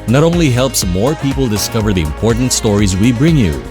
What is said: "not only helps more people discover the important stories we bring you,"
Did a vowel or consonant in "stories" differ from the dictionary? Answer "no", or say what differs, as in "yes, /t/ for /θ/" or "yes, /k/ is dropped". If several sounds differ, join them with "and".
no